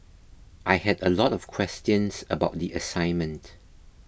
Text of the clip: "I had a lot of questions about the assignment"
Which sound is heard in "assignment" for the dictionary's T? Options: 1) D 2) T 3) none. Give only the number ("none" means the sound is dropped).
2